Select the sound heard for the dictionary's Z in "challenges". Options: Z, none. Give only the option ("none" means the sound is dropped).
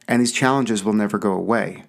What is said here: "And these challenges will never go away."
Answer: Z